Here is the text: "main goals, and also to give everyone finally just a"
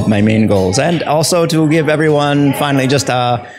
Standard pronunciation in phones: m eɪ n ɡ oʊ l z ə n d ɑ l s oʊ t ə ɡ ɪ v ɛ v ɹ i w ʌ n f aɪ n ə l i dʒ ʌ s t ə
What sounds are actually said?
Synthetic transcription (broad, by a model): m eɪ n ɡ oʊ l z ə n ɑ l s oʊ t ə ɡ ɪ v ɛ v ɹ i w ʌ n f aɪ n l i dʒ ʌ s t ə